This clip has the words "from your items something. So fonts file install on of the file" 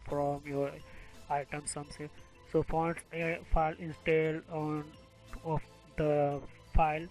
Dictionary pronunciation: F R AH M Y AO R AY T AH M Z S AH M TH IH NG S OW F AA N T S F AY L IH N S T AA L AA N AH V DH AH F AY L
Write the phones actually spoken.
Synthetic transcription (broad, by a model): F R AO M Y AO R AY T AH M S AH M S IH S OW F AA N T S F AY L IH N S T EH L AA N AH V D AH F AY L